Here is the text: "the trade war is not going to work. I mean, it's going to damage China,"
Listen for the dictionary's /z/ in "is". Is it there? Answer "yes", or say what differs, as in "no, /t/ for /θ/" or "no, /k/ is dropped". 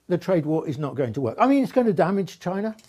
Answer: yes